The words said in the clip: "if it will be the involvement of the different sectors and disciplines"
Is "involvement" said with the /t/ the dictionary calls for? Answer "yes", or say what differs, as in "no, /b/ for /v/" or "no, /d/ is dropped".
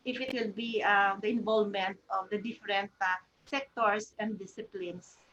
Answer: yes